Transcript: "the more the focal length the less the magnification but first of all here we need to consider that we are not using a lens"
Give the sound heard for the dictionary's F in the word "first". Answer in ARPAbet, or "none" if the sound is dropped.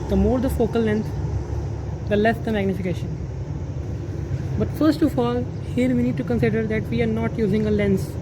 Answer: F